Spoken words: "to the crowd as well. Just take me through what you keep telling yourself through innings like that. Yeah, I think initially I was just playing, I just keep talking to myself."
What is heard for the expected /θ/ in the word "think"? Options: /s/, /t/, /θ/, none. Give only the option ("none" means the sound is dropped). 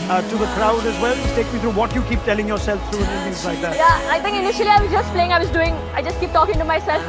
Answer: /t/